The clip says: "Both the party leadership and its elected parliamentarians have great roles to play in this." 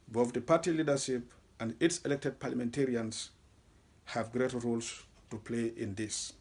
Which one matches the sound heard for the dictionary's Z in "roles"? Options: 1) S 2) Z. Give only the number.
1